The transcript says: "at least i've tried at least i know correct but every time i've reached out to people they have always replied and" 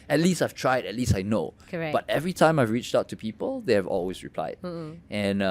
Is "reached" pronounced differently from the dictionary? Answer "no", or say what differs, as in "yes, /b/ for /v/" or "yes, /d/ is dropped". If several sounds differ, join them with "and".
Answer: no